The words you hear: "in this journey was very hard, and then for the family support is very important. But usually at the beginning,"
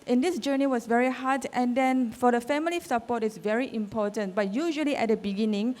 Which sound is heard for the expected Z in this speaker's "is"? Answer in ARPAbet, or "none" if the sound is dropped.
S